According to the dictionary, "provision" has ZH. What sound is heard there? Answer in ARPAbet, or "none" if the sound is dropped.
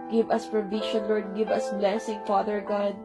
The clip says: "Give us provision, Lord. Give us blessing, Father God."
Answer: SH